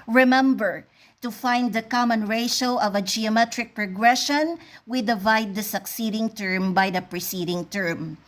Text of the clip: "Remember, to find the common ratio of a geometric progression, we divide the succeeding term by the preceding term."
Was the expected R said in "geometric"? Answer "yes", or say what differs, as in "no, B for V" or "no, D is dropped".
yes